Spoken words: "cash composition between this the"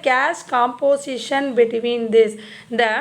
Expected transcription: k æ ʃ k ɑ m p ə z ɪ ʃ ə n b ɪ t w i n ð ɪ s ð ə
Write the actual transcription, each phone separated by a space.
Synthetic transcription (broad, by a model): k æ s k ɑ m p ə s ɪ ʃ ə n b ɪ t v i n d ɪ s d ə